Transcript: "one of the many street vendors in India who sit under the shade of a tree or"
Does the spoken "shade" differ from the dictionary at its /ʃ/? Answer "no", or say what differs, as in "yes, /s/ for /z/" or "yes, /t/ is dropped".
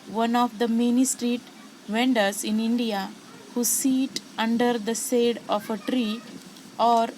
yes, /s/ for /ʃ/